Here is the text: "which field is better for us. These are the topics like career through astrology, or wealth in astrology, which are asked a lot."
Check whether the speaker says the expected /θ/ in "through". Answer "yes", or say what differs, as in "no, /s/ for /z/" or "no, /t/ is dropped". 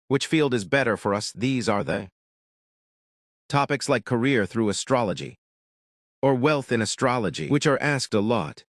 yes